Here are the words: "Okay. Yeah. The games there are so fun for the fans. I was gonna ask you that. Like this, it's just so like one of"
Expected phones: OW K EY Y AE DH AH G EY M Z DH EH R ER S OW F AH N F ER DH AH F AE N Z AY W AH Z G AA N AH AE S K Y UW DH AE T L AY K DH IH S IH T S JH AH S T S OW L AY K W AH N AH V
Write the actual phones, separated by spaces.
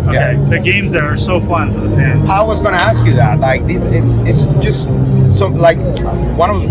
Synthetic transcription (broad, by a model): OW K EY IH DH AH G EY M Z DH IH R ER S OW F AH N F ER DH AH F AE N AY W AH Z G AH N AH AE S K Y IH DH AE T L AY K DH IH S IH T S JH AH S T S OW L AY K W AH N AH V